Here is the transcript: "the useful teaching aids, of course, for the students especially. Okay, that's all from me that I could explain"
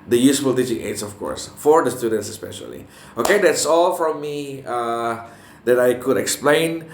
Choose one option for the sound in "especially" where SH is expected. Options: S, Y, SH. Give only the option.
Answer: SH